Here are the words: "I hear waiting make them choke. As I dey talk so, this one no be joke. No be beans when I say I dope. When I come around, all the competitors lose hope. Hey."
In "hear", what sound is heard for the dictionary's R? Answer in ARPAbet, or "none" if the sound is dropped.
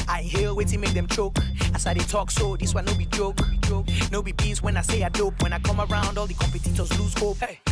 L